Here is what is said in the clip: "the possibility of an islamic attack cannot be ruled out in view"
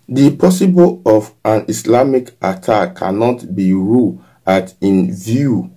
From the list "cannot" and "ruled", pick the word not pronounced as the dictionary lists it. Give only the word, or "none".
ruled